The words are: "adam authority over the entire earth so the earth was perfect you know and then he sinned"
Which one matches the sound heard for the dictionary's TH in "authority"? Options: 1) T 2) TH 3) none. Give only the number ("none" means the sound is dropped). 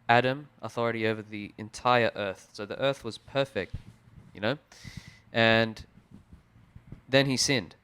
2